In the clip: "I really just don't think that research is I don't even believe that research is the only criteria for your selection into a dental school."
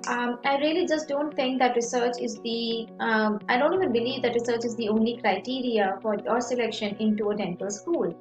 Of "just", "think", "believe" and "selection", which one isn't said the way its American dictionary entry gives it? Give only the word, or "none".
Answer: think